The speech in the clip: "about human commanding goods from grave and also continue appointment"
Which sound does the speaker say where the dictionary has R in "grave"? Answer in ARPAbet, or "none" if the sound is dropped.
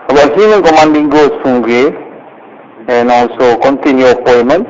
none